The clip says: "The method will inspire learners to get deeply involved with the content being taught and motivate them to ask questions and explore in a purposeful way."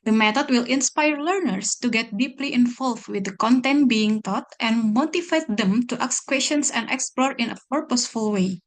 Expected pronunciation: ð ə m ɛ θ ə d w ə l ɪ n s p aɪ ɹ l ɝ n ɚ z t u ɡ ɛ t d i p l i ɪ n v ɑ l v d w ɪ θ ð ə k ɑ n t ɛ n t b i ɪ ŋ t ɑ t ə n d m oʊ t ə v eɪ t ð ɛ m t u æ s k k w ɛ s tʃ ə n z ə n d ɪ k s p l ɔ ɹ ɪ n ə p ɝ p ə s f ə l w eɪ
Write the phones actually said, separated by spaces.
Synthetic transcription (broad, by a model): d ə m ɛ t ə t w ə l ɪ n s p aɪ ɹ l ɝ n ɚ s t u ɡ ɛ t d i p l i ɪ n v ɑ l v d w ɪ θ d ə k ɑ n t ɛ n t b i ɪ ŋ t ɑ t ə n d m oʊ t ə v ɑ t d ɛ m t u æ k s k w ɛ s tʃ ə n s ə n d ɪ k s p l ɔ ɹ ɪ n ə p ɝ p ə s f ə l w eɪ